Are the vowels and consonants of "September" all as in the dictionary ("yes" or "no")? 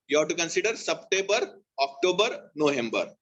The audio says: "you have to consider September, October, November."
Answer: no